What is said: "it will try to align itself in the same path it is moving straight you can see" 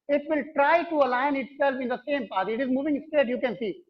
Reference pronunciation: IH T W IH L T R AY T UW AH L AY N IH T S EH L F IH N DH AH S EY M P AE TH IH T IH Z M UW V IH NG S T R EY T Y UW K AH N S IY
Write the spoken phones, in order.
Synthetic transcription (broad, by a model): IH T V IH L T R AY T UW AH L AY N IH T S EH L F IH N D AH S EY M P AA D IH T IH Z M UW V IH NG S T EY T Y UW K AH N S IY